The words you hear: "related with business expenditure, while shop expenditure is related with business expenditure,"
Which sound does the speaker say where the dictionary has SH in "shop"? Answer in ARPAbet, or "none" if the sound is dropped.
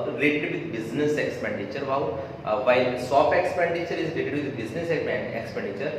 S